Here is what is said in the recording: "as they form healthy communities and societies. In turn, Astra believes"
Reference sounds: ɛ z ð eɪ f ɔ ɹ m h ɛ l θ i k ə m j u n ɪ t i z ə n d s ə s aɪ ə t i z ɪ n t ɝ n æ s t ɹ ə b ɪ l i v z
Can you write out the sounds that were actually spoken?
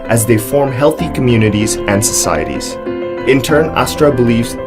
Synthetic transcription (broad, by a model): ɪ z ð eɪ f ɔ ɹ m h ɛ l θ i k ə m j u n ɪ t i z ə n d s ə s aɪ ə t i z ɪ n t ɝ n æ s t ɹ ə b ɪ l i v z